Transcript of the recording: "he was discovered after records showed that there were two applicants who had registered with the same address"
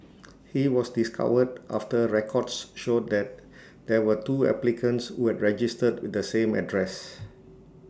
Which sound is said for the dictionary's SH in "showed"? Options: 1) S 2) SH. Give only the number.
2